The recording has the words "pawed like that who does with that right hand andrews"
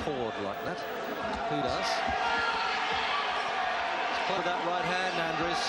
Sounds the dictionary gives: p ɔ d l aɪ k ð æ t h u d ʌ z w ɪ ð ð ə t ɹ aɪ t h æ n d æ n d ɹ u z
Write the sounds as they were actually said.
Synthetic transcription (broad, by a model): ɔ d l aɪ k ð æ t h u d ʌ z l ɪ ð ð ə t ɹ aɪ t h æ n æ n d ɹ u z